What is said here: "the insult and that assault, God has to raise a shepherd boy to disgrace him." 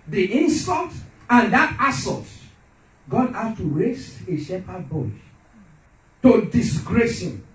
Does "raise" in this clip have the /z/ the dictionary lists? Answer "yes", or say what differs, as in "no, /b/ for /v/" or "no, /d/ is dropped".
no, /s/ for /z/